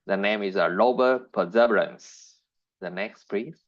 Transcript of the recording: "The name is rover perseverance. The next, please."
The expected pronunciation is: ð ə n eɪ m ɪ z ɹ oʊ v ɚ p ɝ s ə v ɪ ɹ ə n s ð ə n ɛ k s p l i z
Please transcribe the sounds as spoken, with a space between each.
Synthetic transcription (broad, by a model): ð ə n eɪ m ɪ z l oʊ b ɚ p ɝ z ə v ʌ ɹ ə n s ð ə n ɛ k s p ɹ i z